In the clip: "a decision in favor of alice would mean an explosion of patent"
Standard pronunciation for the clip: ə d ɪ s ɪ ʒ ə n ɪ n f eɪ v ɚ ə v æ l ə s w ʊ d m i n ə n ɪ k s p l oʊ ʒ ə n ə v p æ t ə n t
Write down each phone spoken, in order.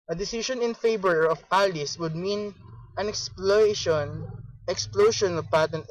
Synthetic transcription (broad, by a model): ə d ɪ s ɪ ʃ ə n ɪ n f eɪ b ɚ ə p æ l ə s w ʊ d m i n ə n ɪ k s p l oʊ ʃ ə n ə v p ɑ t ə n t